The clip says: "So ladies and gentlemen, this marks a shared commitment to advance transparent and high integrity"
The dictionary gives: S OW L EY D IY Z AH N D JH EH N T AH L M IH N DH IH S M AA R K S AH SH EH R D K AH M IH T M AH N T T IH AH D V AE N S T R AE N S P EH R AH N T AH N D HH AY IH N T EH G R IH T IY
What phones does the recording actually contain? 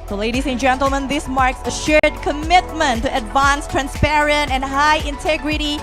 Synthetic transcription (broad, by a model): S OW L EY D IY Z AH N JH EH N T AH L M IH N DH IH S M AA R K S AH SH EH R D K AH M IH T M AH N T T IH AH D V AE N S T R AE N S P EH R AH N T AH N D HH AY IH N T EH G R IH T IY